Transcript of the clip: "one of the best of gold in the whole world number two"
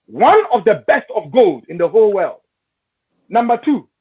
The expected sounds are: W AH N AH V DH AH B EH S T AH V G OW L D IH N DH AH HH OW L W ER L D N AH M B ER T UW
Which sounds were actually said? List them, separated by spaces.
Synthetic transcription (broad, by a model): W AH N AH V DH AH B EH S T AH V G OW L D IH N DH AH HH OW L W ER L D N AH M B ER T UW